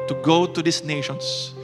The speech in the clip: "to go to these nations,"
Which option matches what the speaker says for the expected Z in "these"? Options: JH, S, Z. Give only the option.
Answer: S